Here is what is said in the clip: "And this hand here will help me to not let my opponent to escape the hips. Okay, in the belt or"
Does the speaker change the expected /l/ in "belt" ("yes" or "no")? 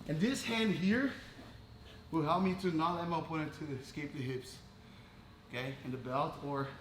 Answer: no